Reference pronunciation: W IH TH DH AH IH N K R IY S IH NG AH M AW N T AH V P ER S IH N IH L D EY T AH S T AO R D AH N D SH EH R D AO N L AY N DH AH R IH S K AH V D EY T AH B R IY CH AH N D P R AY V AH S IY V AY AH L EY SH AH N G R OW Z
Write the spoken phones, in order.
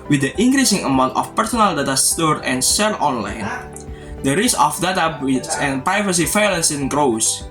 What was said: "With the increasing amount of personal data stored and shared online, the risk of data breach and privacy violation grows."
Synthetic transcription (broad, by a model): W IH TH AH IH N K R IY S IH NG AH M AW N T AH F P ER S IH N IH L D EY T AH S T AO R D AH N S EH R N AO N L AY N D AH R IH S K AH F D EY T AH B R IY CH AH N P R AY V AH S IY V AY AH L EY S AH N G R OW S